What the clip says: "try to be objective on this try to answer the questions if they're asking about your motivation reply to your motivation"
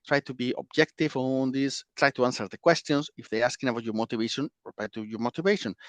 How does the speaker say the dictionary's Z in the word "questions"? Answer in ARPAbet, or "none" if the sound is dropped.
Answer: S